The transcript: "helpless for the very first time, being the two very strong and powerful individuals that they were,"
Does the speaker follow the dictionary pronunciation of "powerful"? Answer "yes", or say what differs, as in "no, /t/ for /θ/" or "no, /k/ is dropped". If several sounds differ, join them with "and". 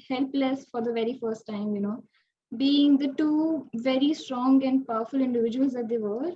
yes